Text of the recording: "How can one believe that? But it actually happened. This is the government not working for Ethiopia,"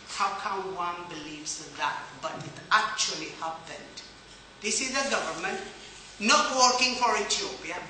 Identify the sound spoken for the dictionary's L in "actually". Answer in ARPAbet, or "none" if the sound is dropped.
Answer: L